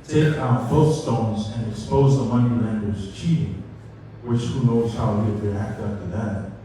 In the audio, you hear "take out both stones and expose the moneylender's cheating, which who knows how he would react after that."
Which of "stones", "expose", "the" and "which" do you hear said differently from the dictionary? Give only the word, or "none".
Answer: none